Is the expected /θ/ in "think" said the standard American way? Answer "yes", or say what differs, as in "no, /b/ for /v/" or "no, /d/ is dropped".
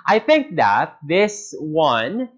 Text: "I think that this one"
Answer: yes